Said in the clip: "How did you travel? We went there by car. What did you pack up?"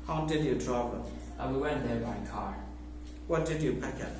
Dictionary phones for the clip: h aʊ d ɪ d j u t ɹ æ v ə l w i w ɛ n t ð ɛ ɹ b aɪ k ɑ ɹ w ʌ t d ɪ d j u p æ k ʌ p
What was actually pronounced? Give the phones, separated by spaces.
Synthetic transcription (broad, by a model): h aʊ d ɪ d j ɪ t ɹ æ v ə n w i w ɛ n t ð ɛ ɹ b aɪ k ɑ ɹ w ʌ t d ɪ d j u p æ k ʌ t